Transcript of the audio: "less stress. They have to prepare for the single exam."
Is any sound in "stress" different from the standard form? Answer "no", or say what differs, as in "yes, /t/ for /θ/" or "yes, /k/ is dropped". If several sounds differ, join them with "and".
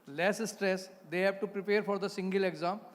no